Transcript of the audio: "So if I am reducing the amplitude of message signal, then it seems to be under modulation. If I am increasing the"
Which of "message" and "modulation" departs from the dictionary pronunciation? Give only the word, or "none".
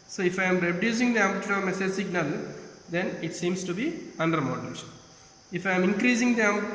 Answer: modulation